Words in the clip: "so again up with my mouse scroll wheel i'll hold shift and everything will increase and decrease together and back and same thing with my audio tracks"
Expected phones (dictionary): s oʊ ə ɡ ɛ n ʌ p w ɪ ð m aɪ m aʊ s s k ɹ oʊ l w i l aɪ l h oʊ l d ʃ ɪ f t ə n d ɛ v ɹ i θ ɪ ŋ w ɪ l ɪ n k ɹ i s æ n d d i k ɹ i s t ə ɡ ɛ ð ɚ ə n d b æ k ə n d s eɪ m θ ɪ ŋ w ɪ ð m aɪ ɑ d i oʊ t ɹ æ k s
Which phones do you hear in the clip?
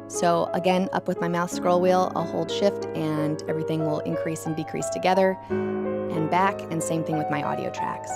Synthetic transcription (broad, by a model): s oʊ ə ɡ ɛ n ʌ p w ɪ ð m aɪ m aʊ θ s k ɹ oʊ l w i l aɪ l h oʊ l d ʃ ɪ f t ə n ɛ v ɹ i θ ɪ ŋ w ɪ l ɪ n k ɹ i s n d d i k ɹ i s t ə ɡ ɛ ð ɚ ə n b æ k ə n s eɪ m θ ɪ ŋ w ɪ ð m aɪ ɑ d i oʊ t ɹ æ k s